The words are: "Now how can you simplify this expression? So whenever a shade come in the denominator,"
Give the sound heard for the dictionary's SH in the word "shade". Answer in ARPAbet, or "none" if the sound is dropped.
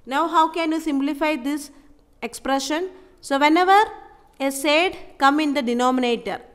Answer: S